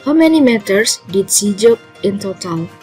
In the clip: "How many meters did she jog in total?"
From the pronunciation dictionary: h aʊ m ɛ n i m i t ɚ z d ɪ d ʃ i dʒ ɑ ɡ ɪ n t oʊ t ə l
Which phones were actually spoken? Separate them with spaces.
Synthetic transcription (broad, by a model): h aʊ m ɛ n i m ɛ t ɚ s d ɪ d s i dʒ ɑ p ɪ n t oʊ t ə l